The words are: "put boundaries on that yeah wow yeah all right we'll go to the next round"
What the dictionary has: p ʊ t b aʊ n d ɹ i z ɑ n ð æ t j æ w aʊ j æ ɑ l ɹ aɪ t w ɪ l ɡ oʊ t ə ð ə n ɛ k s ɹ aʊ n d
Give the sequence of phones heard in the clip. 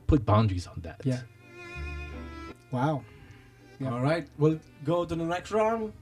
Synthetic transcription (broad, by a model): p ʊ t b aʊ n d ɹ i z n ð æ t j æ w aʊ ɑ l ɹ aɪ t w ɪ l ɡ oʊ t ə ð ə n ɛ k ɹ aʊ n